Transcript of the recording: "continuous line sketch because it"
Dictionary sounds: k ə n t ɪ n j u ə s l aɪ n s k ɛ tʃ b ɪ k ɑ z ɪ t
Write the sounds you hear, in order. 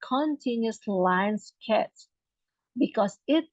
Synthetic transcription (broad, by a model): k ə n t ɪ n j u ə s l aɪ n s k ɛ s b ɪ k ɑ s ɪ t